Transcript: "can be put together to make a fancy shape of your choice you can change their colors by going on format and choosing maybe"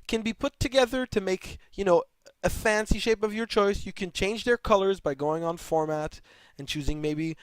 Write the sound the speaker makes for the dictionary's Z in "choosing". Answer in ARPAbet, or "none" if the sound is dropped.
Z